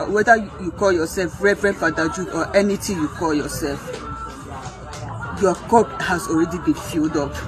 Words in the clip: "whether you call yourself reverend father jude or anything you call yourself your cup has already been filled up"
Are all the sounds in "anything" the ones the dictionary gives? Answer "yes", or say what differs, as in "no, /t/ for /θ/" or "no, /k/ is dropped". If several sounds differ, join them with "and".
no, /t/ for /θ/